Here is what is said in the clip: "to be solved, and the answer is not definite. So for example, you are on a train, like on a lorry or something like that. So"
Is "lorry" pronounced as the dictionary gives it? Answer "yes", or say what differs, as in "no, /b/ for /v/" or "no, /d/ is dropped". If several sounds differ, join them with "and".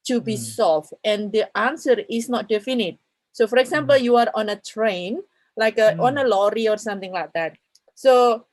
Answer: yes